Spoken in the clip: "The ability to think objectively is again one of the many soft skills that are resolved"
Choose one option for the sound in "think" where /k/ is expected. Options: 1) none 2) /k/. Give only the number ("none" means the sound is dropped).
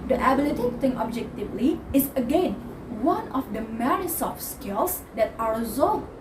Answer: 1